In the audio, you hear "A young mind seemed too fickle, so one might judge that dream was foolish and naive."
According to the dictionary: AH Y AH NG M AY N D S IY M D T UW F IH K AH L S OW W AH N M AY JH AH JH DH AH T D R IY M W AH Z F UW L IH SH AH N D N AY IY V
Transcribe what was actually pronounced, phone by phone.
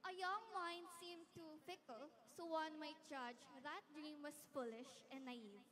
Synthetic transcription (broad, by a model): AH Y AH NG M AY N D S IY M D T UW F IH K AH L S OW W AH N M AY CH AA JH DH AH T D R IY M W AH S F UW L IH SH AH N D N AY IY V